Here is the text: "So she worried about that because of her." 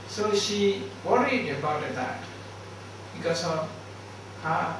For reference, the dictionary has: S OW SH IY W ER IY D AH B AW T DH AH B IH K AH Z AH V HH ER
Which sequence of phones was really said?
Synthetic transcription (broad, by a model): S OW SH IY W ER IY D AH B AW T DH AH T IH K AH S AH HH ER